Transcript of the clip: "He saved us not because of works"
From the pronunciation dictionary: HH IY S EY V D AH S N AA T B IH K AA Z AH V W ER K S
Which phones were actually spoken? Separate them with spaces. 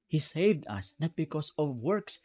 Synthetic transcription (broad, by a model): HH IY S EY V D AH S N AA T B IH K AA S AH V W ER K S